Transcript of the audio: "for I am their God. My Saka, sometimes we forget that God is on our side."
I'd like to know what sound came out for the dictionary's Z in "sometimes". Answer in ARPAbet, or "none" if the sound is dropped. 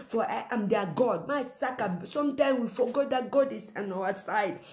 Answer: none